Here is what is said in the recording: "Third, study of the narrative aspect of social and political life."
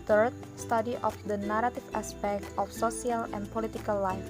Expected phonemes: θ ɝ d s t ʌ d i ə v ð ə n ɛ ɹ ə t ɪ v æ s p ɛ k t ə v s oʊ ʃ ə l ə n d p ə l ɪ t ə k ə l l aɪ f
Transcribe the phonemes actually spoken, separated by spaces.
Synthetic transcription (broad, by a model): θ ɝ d s t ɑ d i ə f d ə n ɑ ɹ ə t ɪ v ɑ s p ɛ k t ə f s oʊ s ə l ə n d p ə l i t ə k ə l l aɪ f